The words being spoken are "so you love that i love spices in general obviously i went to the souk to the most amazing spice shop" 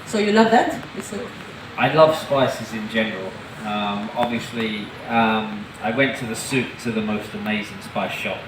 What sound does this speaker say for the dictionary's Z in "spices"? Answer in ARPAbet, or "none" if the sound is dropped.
Z